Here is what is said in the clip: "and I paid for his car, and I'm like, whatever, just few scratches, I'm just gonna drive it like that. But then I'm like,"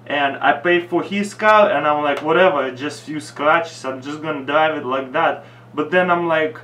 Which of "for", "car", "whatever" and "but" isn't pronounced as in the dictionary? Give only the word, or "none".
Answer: car